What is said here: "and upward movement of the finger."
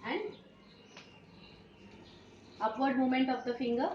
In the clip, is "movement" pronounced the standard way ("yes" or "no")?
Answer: no